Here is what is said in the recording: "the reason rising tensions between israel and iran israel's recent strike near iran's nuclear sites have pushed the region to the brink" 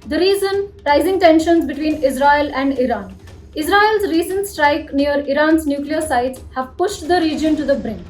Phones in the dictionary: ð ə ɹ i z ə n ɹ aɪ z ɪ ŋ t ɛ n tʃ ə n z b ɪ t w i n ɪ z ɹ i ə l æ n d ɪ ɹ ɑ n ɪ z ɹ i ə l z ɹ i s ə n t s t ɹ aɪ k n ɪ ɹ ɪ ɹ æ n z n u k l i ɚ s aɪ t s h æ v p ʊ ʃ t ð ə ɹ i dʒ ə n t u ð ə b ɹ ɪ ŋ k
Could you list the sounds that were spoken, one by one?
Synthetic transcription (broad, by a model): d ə ɹ i z ə n ɹ aɪ z ɪ ŋ t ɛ n ʃ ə n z b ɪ t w i n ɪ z ɹ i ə l æ n d ɪ ɹ ɑ n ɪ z ɹ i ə l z ɹ i s ə n t s t ɹ aɪ k n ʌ ɹ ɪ ɹ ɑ n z n u k l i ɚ s aɪ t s h æ v p ʊ ʃ t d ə ɹ i dʒ ə n t u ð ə b ɹ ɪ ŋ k